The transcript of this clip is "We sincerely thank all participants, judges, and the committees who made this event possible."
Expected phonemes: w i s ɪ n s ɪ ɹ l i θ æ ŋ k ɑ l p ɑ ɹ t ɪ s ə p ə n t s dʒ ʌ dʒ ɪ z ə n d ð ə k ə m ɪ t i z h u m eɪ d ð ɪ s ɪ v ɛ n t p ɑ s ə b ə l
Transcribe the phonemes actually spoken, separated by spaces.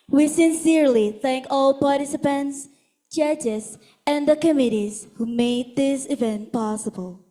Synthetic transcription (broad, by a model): w i s ɪ n s ɪ ɹ l i θ æ ŋ k ɑ l p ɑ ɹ t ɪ s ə p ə n t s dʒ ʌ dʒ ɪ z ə n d ð ə k ə m ɪ t i z h u m eɪ d ð ɪ s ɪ v ɛ n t p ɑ s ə b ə l